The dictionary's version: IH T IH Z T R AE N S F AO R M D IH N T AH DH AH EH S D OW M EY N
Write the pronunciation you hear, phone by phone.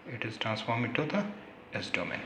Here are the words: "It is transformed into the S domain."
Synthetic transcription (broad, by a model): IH T IH Z T R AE N S F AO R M IH T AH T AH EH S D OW M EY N